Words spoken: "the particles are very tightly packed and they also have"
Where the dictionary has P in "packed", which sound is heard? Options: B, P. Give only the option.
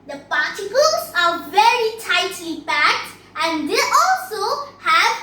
B